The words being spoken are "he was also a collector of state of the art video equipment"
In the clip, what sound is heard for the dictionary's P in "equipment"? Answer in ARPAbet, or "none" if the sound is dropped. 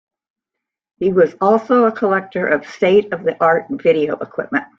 P